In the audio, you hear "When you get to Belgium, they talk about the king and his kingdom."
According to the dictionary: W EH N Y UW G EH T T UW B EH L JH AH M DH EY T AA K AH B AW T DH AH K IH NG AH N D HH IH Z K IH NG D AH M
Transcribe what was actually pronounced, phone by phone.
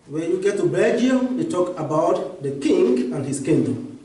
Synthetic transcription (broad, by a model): W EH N Y UW G EH T T UW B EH JH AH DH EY T AA K AH B AW T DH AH K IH NG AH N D HH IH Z K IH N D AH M